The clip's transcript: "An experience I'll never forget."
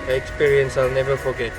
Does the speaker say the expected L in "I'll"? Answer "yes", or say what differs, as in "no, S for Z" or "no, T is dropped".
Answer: yes